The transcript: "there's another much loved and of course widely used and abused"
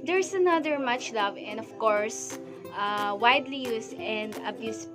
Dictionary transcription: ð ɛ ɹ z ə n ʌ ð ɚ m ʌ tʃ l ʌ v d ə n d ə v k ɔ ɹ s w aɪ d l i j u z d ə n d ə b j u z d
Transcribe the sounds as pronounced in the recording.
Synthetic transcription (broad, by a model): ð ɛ ɹ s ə n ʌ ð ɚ m ʌ tʃ l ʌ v ə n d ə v k ɔ ɹ s w aɪ d l i j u s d ə n d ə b j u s